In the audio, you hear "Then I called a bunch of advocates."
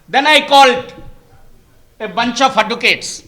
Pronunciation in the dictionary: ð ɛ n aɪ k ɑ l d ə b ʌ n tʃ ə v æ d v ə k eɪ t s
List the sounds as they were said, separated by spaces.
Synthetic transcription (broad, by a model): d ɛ n aɪ k ɑ l d ə b ʌ n tʃ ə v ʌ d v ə k eɪ t s